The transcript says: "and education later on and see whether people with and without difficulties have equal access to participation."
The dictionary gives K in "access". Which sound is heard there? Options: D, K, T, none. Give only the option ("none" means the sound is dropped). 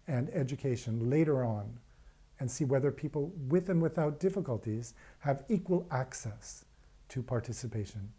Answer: K